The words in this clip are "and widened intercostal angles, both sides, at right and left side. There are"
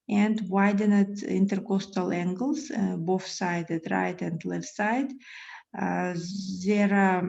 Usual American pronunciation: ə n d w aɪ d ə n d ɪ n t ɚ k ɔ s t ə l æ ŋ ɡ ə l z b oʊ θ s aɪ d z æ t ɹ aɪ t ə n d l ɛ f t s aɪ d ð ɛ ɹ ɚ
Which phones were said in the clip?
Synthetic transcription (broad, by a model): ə n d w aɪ d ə n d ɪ n t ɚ k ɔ s t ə l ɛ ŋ ɡ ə l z b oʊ f s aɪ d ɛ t ɹ aɪ t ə n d l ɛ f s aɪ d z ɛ ɹ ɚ